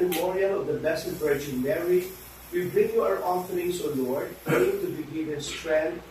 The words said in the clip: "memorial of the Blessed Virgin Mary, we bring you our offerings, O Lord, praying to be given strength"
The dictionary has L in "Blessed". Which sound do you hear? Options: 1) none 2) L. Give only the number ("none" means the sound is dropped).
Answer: 1